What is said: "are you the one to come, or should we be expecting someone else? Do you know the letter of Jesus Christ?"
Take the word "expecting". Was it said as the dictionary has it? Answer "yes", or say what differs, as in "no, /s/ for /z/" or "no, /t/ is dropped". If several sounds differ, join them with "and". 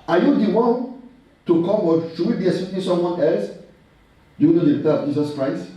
no, /k/ is dropped and /p/ is dropped and /k/ is dropped